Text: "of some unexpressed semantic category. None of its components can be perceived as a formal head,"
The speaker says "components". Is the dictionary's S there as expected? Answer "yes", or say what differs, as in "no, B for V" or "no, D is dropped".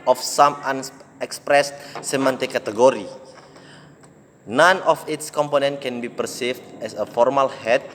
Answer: no, S is dropped